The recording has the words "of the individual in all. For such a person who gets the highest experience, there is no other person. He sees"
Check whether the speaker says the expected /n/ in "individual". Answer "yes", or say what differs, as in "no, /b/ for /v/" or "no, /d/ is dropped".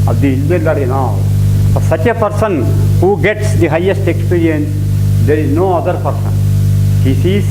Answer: no, /l/ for /n/